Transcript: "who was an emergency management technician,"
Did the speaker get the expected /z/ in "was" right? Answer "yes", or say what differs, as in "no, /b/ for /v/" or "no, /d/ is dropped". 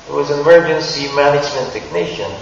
yes